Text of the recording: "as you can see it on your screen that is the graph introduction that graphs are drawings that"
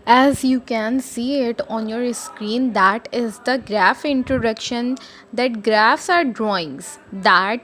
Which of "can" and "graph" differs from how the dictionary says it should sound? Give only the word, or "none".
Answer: none